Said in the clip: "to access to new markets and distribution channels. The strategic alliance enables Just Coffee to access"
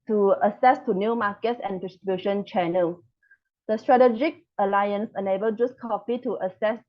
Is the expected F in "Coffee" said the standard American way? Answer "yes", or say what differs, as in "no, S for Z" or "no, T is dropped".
no, P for F